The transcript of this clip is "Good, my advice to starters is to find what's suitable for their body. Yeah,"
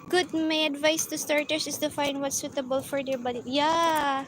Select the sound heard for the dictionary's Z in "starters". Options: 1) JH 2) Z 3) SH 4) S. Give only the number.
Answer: 4